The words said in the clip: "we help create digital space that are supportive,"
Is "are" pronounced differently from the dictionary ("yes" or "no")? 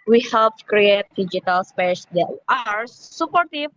no